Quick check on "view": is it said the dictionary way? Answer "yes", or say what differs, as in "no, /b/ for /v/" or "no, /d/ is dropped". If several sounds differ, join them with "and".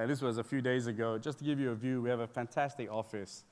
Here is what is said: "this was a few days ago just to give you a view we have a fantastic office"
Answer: yes